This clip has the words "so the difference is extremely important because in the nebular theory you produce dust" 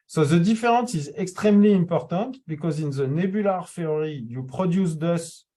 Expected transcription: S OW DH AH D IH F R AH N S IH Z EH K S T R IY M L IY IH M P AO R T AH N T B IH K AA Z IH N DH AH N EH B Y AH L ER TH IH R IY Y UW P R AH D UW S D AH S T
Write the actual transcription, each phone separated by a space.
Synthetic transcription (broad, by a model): S OW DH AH D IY F R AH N S IH Z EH K S T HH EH M L IY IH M P AO R T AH T B IH K AA Z IH N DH AH N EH B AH L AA F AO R IY Y UW P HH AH D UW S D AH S